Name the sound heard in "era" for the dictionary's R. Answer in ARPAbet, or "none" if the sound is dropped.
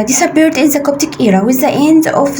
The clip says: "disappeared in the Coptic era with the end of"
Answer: R